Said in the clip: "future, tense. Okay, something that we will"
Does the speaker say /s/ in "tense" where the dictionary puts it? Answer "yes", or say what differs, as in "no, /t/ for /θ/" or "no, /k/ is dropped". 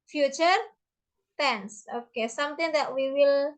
yes